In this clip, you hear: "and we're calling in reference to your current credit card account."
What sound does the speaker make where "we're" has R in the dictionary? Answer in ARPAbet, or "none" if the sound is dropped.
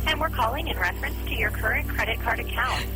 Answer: R